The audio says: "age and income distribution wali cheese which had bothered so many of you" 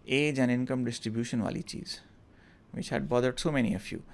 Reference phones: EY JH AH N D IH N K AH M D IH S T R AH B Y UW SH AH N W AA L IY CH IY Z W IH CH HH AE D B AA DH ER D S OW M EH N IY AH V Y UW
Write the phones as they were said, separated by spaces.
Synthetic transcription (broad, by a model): EY JH AH N D IH N K AH M D IH S T R AH B Y UW SH AH N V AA L IY CH IY Z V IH CH HH AE D B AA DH ER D S OW M EH N IY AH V Y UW